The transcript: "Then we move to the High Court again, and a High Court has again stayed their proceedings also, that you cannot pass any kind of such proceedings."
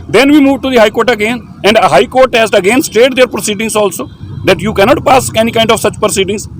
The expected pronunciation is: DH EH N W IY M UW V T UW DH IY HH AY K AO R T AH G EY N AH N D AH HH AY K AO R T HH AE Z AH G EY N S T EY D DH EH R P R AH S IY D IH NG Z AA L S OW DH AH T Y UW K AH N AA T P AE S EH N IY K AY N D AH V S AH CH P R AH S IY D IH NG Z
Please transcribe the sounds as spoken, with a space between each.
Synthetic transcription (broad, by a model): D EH N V IY M UW V T UW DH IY HH AY K AO R T AH G EY N AH N D AH HH AY K AO R T HH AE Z AH G EY N S T EY D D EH R P R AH S IY D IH NG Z AA L S OW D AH T Y UW K AH N AA T P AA S EH N IY K AY N D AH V S AH CH P R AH S IY D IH NG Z